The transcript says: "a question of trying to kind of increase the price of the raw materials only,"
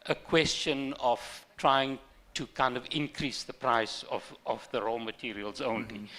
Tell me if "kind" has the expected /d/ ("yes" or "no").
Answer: yes